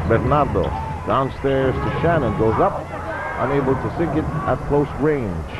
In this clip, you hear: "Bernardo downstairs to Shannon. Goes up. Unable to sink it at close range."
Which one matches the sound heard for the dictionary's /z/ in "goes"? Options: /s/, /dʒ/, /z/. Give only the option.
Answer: /z/